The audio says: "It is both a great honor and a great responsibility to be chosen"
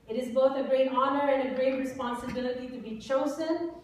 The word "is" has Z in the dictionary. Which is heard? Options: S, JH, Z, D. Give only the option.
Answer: Z